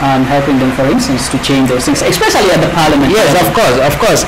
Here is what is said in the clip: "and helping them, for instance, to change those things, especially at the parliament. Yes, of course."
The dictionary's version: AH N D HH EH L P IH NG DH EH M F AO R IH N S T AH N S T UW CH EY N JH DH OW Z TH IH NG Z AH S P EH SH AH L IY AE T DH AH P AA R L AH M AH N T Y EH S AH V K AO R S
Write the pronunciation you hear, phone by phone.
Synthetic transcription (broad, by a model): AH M HH EH L P IH NG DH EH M F AO R IH N S T AH N S T UW CH EY N JH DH OW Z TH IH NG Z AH S P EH S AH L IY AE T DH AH P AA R L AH M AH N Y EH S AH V K AO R S